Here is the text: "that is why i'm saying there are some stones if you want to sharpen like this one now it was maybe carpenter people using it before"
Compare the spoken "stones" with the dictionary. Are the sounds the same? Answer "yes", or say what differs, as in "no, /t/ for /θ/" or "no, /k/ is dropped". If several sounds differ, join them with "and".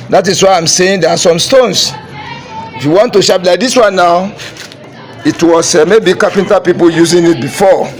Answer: no, /s/ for /z/